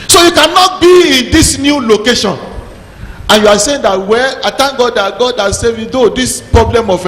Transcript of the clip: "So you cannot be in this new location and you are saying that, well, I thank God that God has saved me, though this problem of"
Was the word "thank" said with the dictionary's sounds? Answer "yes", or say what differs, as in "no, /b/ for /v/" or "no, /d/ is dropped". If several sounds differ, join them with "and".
no, /t/ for /θ/